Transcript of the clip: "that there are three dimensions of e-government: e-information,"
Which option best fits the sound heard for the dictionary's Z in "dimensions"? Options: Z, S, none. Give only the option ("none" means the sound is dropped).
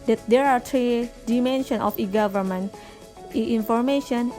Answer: none